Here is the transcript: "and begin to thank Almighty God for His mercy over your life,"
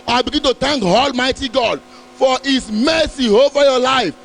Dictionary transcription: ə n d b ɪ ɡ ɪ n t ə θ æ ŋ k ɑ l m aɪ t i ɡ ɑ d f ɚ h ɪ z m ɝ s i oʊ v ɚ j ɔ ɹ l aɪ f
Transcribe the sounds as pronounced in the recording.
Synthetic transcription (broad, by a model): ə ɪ b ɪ ɡ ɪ n t ə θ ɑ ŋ k ɑ l m aɪ t i ɡ ɑ d f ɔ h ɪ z m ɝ s i oʊ v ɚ j ɔ l aɪ f